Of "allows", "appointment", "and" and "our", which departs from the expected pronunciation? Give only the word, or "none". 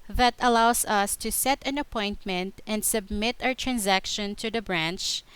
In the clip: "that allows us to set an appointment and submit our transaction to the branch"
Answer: allows